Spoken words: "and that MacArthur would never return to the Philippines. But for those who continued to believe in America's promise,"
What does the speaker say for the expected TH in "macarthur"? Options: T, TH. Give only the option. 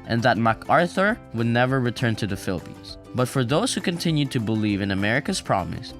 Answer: TH